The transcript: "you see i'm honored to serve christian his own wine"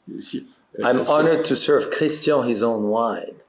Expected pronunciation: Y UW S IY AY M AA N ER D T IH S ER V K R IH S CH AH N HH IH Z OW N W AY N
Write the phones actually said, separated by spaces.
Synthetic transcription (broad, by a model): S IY AY M AA N ER D T IH S ER V K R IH S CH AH HH IH Z OW N W AY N